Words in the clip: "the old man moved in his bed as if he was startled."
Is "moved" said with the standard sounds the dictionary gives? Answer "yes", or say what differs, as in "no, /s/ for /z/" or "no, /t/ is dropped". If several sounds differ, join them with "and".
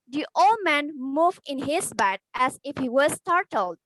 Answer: no, /d/ is dropped